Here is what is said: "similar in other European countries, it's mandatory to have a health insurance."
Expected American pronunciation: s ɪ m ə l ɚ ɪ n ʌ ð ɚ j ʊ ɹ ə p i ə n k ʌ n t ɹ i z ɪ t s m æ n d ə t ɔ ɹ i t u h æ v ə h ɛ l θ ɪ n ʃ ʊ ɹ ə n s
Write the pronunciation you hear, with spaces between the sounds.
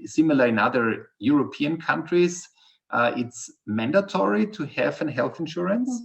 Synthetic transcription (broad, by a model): s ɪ m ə l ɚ ɪ n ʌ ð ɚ j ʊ ɹ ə p i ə n k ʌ n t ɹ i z ɪ t s m æ n d ə t ɔ ɹ i t u h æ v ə h ɛ l θ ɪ n ʃ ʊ ɹ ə n s